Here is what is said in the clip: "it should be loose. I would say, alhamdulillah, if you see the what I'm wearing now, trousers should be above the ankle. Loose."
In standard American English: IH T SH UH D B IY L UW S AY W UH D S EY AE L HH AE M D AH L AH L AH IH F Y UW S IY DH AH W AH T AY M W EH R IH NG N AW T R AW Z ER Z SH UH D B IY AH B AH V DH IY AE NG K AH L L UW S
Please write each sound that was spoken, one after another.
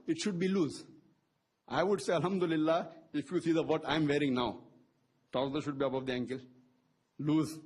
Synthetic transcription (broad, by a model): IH T SH UH D B IY L UW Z AY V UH D S EY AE L HH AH M D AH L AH L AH IH F Y UW S IY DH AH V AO T AY M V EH R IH NG N AW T AW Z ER SH UH D B IY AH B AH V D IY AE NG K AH L L UW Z